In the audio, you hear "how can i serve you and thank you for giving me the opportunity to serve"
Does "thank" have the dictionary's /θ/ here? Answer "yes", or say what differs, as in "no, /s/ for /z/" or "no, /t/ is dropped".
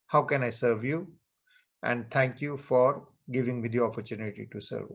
no, /t/ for /θ/